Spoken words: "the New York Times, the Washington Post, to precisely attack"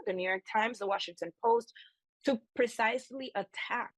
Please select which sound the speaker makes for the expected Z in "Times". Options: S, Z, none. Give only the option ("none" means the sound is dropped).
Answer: Z